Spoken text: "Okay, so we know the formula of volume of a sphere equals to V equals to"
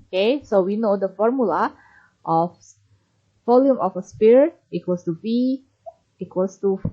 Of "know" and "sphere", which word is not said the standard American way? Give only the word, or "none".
sphere